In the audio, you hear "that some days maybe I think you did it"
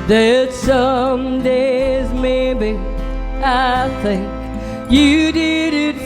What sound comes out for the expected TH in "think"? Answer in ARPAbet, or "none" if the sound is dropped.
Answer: TH